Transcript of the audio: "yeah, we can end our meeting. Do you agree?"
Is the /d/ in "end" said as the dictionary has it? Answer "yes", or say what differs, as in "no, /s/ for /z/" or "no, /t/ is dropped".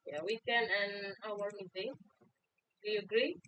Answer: no, /d/ is dropped